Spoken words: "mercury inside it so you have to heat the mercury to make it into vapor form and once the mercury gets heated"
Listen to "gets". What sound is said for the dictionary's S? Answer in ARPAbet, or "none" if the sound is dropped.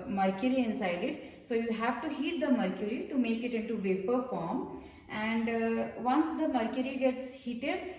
S